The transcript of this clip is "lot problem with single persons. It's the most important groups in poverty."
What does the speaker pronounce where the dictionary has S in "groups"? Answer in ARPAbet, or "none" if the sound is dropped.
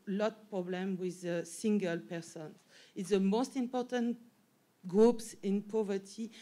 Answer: S